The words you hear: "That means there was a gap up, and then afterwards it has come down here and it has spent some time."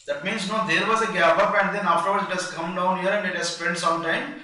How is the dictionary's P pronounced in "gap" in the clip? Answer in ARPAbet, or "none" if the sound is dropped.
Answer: B